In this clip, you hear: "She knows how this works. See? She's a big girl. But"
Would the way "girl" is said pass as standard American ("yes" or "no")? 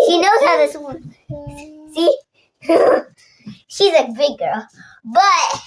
yes